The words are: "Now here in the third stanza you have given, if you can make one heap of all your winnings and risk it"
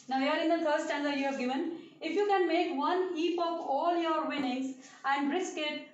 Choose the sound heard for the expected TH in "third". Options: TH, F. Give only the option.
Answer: F